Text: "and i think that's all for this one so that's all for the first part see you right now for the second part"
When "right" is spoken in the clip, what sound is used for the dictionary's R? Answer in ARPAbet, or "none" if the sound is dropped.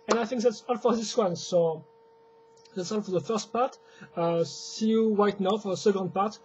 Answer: W